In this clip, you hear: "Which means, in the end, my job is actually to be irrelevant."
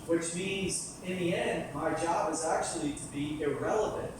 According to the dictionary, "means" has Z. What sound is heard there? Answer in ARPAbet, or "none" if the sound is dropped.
Z